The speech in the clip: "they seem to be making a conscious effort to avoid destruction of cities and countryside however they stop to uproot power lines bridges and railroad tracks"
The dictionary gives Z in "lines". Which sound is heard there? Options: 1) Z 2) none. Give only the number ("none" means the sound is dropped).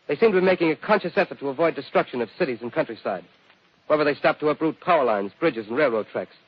1